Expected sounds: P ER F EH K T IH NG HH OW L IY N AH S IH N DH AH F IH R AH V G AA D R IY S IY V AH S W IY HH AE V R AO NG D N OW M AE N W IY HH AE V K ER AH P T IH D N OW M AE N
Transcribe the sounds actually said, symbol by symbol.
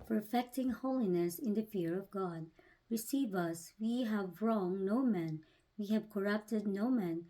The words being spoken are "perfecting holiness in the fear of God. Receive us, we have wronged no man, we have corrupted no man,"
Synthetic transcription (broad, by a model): P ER F EH K T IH NG HH OW L IY N AH S IH N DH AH F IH R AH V G AA D R IY S IY V AH S W IY HH AE V R AO NG N OW M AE N W IY HH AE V K ER AH P T IH D N OW M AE N